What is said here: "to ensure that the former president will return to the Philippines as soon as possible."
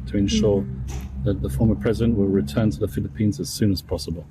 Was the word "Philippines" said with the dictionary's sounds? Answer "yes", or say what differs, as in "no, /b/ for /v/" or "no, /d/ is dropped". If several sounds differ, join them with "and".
yes